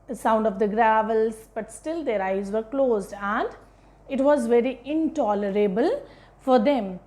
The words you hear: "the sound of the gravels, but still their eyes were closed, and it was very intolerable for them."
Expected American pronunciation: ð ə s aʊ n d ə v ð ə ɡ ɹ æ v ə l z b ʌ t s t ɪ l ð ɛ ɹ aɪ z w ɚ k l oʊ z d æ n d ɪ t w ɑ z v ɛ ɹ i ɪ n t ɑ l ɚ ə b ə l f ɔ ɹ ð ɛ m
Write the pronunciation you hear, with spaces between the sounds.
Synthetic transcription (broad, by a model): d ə s aʊ n d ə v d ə ɡ ɹ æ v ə l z b ʌ t s t ɪ l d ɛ ɹ aɪ z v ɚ k l oʊ z d æ n d ɪ t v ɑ z v ɛ ɹ i ɪ n t ɑ l ɚ ə b ə l f ɔ ɹ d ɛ m